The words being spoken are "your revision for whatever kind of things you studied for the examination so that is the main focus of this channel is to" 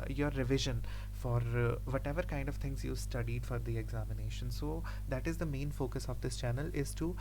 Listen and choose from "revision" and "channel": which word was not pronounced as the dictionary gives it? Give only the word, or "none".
none